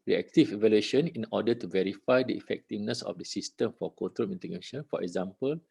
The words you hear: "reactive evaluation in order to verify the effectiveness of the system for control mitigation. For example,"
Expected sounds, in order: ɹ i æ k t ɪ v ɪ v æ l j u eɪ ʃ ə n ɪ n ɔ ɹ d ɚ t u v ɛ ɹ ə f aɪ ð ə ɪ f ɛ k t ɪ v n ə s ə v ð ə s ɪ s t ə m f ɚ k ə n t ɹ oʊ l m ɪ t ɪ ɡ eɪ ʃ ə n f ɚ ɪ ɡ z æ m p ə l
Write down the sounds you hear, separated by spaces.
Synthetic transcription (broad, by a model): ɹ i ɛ k t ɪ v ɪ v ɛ l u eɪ ʃ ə n ɪ n ɔ d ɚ t u v ɛ ɹ ə f aɪ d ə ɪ f ɛ k t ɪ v n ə s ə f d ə s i s t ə m f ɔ k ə t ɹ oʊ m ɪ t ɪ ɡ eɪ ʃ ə n f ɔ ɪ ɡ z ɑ m p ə l